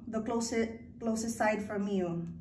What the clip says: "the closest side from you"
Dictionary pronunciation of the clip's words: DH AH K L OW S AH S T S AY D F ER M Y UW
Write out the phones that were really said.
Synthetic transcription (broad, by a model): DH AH K L OW S AH S T S AY D F ER M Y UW